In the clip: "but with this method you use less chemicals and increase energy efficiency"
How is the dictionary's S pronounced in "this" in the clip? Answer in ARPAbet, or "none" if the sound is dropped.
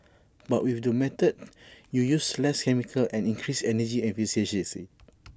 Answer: none